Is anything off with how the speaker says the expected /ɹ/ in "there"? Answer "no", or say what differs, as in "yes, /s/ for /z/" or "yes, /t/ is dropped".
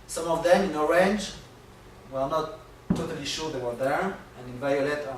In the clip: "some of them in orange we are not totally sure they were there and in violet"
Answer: no